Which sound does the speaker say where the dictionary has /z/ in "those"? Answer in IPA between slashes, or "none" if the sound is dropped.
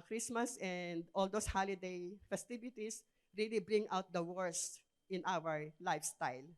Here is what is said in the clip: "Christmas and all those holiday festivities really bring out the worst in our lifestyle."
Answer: /s/